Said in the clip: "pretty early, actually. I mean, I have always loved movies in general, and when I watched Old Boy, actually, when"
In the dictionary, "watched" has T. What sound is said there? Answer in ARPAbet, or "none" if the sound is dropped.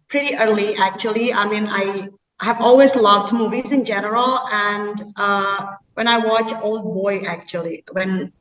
none